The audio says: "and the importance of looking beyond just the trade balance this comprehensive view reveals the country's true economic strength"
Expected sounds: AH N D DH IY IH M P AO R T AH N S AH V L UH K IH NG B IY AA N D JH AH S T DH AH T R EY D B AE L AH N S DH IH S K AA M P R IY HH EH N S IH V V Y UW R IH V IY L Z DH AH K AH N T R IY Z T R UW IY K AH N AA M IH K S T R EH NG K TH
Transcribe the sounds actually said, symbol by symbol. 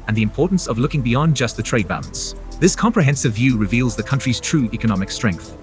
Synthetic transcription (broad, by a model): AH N DH IY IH M P AO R T N S AH V L UH K IH NG B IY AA N JH AH S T DH AH T R EY D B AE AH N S DH IH S K AA M P R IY HH EH N S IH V V Y UW R IH V IY L Z DH AH K AH N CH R IY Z T R UW IY K AH N AA M IH K S T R EH NG K TH